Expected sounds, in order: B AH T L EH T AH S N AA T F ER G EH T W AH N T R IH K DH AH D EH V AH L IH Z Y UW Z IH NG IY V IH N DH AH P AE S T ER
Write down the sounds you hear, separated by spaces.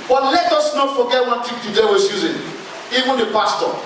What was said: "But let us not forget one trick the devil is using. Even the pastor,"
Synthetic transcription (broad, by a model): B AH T L EH T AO S N AA T F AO G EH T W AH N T IH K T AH D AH W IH S Y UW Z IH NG IY V IH N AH P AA S T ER